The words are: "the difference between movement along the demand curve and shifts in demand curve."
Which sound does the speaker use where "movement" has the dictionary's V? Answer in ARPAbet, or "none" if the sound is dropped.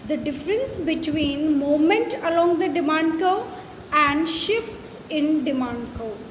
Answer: none